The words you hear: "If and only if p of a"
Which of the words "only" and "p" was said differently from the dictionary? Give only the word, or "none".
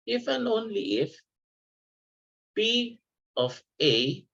p